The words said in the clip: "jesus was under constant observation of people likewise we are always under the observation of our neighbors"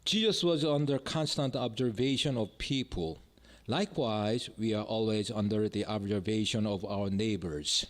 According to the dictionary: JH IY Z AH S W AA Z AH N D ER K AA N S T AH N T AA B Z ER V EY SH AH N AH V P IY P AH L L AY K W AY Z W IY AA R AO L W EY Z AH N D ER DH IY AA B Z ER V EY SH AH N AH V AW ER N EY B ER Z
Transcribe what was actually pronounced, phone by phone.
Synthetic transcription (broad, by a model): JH IY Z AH S W AA Z AH N D ER K AA N S T AH N T AA B Z ER V EY SH AH N AH V P IY P AH L L AY K W AY Z W IY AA R AO L W EY Z AH N D ER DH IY AA B Z ER V EY SH AH N AH V AW ER N EY B ER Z